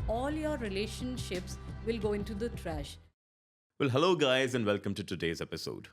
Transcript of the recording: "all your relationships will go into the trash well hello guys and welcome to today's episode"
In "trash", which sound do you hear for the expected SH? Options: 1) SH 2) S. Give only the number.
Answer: 1